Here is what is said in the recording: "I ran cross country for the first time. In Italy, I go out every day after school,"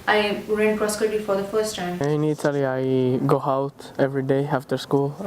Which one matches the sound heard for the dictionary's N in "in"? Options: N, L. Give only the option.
N